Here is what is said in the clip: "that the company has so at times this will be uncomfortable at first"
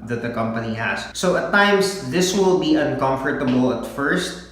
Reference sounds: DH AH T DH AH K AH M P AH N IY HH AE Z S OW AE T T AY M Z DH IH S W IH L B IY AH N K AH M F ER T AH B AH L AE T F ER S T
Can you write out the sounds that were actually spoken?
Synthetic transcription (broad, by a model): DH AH T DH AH K AH M P AH N IY HH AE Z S OW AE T T AY M S DH IH S W IH L B IY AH N K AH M F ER T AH B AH L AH T F ER S T